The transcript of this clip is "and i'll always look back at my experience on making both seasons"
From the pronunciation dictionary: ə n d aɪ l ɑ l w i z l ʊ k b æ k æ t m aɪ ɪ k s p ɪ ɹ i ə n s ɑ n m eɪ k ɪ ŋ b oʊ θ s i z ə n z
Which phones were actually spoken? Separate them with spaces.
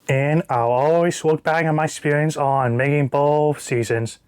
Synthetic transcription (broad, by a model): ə n aɪ l ɑ l w i z w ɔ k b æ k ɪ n m aɪ ɪ k s p ɪ ɹ i ə n s n m eɪ k ɪ ŋ b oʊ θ s i z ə n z